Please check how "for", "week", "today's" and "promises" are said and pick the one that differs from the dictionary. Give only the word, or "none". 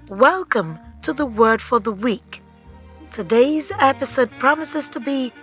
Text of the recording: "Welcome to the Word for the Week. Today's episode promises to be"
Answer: none